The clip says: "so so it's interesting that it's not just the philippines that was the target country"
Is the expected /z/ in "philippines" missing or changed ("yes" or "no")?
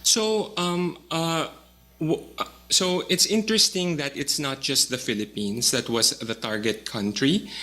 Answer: yes